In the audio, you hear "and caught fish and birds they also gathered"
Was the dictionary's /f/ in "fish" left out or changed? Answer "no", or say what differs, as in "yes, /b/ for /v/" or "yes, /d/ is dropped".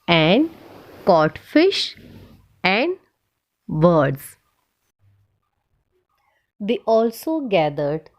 no